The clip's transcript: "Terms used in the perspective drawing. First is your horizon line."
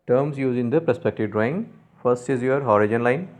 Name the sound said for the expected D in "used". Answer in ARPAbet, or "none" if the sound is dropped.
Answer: none